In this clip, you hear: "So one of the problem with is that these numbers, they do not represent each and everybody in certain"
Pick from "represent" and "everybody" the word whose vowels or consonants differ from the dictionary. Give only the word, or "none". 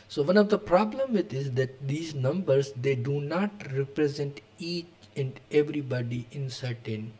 none